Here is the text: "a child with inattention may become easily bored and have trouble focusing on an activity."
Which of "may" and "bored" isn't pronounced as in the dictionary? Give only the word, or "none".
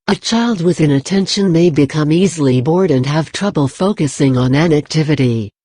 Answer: none